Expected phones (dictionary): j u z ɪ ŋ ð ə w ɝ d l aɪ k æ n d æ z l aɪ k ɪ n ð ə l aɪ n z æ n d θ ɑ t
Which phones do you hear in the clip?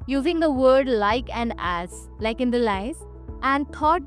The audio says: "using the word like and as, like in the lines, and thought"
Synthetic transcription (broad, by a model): j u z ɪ ŋ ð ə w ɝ d l aɪ k æ n d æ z l aɪ k ɪ n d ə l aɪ z æ n d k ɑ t